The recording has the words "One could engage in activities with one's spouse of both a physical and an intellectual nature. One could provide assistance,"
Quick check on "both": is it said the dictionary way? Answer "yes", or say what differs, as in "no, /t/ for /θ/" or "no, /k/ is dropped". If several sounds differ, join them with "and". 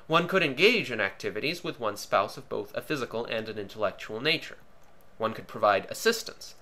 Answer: yes